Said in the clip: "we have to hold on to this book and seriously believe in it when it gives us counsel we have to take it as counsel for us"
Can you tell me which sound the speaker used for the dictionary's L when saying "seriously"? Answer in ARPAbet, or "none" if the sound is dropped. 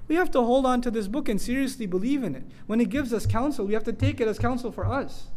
L